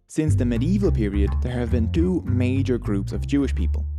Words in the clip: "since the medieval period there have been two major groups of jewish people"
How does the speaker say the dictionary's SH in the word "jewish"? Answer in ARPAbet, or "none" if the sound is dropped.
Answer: SH